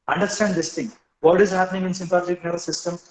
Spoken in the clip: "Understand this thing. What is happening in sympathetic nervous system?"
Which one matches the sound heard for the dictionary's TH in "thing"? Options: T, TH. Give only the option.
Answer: T